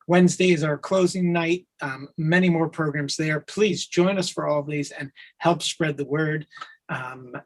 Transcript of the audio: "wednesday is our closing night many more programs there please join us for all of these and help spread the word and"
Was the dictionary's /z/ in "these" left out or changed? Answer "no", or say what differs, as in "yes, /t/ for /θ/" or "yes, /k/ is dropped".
no